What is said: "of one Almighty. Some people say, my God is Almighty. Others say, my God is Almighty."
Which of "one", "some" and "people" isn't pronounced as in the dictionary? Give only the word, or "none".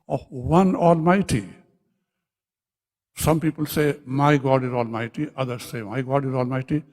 none